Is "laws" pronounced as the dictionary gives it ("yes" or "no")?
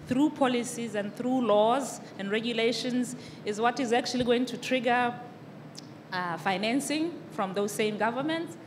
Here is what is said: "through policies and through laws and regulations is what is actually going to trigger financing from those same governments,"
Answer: yes